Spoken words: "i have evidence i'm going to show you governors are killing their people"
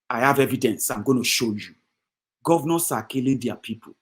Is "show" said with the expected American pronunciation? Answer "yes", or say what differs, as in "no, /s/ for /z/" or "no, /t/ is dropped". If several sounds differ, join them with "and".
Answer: yes